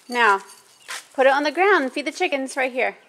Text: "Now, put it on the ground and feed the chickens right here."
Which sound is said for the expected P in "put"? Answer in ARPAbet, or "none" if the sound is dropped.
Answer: P